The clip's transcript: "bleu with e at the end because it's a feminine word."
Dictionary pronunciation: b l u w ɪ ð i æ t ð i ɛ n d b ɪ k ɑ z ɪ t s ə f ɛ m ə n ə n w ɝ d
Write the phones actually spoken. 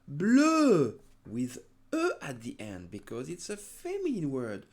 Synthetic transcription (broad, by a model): b l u w ɪ ð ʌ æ t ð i ɛ n d b ɪ k ɑ z ɪ t s ə f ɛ m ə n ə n w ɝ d